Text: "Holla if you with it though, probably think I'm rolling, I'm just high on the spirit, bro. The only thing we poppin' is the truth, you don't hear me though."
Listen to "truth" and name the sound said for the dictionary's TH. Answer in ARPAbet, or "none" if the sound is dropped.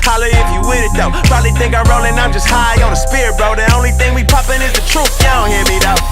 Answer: F